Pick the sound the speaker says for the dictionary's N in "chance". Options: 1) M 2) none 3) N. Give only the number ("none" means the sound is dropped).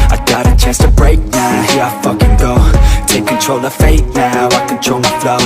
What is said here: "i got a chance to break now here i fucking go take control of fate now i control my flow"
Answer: 2